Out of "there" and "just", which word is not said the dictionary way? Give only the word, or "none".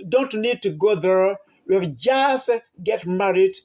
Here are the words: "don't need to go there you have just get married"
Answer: none